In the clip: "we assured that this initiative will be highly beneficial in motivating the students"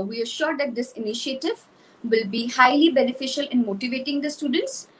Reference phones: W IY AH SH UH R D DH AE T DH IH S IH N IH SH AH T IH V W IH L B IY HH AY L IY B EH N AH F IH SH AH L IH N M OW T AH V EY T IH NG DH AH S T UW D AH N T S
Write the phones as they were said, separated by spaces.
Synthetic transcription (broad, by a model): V IY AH SH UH R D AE T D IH S IH N IH SH AH T IH V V IH L B IY HH AY L IY B EH N AH F IH SH AH L IH N M OW T AH V EY T IH NG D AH S T UW D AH N T S